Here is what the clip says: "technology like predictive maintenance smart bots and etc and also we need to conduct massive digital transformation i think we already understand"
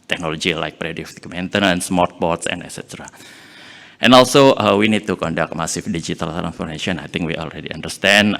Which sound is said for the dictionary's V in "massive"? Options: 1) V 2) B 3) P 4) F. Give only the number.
4